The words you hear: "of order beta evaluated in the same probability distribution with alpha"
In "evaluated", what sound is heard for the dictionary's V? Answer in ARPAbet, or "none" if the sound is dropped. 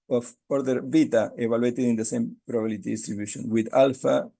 B